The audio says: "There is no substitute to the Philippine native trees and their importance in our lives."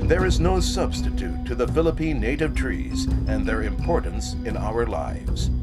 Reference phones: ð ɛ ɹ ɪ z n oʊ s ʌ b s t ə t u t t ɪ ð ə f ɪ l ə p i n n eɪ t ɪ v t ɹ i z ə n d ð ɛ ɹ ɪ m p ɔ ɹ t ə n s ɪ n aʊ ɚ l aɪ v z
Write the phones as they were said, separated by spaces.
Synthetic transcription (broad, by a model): ð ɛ ɹ ɪ z n oʊ s ʌ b s t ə t u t t ɪ ð ə f ɪ l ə p i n n eɪ t ɪ v t ɹ i z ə n ð ɛ ɹ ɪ m p ɔ ɹ t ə n s ɪ n aʊ ɚ l aɪ v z